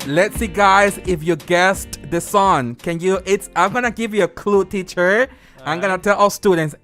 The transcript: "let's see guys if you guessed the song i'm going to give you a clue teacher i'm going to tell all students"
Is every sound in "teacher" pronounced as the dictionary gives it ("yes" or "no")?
yes